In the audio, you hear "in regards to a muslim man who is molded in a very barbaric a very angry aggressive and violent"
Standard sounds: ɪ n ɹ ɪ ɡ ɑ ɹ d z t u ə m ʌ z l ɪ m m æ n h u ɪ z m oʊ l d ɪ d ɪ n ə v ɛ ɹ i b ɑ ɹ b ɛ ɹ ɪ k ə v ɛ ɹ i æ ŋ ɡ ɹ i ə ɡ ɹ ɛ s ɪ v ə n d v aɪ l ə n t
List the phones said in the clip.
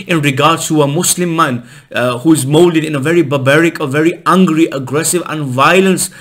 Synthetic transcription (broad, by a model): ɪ n ɹ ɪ ɡ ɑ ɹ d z t u ə m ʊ s l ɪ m m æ n h u ɪ z m oʊ l d ɪ d ɪ n ə v ɛ ɹ i b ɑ b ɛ ɹ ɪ k ə v ɛ ɹ i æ ŋ ɡ ɹ i ə ɡ ɹ ɛ s ɪ v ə n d v aɪ l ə n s